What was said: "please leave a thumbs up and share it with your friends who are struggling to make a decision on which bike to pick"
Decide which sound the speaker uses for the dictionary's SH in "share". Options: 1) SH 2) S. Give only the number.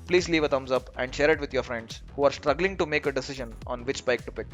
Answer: 1